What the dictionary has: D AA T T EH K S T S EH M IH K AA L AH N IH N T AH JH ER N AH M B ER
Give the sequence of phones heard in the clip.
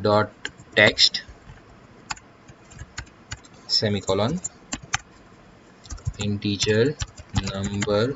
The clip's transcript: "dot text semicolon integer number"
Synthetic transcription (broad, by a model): D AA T T EH K S T S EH M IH K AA L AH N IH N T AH CH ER N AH M B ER